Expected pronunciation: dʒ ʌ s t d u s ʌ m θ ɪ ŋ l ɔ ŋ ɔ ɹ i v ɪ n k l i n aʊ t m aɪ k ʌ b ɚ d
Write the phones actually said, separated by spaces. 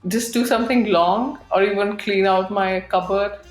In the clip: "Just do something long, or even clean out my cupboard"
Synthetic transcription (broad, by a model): dʒ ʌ s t d u s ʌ m t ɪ ŋ l ɔ ŋ ɔ ɹ i v ɪ n k l i n aʊ t m aɪ k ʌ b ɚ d